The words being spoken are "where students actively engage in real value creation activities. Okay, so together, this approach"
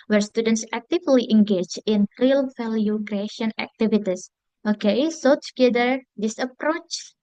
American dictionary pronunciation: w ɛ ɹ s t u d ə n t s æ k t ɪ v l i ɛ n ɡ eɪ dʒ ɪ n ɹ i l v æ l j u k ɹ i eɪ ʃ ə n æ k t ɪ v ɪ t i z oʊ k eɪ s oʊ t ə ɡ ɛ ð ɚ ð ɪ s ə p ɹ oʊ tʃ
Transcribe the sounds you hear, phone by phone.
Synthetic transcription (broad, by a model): w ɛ ɹ s t u d ə n t s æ k t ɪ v l i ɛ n ɡ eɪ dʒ ɪ n ɹ i l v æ l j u k ɹ i eɪ ʃ ə n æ k t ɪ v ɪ t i s oʊ k eɪ s oʊ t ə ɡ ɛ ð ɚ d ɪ s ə p ɹ oʊ tʃ